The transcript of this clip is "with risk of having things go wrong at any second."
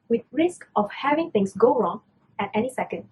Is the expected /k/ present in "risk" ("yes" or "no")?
yes